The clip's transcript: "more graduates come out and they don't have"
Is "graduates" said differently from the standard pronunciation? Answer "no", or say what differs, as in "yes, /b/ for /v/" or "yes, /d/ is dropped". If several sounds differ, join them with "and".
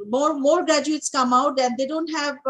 no